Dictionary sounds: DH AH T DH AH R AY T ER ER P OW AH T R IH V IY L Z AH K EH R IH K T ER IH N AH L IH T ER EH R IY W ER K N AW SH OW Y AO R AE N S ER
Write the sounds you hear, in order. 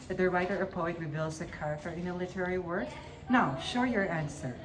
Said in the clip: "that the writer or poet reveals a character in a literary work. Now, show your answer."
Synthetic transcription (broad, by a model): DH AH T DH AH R AY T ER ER P OW AH T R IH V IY L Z AH K EH R IH K T ER IH N AH L IH T ER EH R IY W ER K N AW SH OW Y AO R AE N S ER